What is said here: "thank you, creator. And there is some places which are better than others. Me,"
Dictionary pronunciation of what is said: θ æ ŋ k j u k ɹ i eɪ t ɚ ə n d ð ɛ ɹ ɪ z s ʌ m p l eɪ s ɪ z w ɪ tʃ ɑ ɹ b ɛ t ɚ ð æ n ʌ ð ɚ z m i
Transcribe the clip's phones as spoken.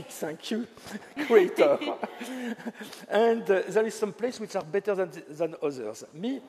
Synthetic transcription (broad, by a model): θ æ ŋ k j u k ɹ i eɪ t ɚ ə n d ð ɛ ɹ ɪ z s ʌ m p l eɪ s w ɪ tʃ ɑ ɹ b ɛ t ɚ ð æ n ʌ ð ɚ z m i